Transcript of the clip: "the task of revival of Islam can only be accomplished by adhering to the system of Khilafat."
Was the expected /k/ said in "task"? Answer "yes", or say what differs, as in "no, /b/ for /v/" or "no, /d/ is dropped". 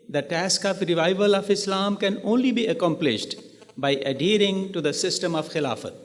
yes